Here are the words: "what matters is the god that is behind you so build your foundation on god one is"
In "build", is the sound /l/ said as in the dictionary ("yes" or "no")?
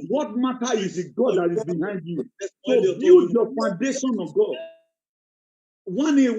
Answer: no